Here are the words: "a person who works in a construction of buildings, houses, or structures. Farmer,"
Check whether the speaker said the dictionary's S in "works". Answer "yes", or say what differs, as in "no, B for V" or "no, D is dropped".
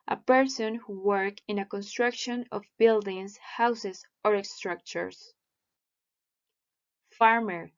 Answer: no, S is dropped